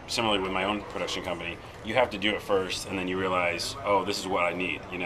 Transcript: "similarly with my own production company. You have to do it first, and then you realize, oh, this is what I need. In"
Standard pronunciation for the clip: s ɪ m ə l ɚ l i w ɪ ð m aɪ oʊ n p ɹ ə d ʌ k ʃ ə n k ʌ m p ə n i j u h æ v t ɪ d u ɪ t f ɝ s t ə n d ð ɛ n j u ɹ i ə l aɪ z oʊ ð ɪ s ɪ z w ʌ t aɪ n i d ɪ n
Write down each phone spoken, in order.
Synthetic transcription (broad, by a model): s ɪ m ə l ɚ l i w ɪ ð m aɪ oʊ n p ɹ ə d ʌ k ʃ ə n k ʌ m p ə n i j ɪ h æ f t ɪ d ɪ ɪ t f ɝ s t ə n ð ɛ n j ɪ ɹ i ə l aɪ z oʊ ð ɪ s ɪ z w ʌ t aɪ n i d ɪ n